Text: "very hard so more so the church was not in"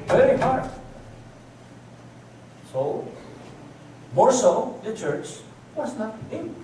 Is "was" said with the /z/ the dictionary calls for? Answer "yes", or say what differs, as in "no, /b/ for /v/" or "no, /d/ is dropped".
no, /s/ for /z/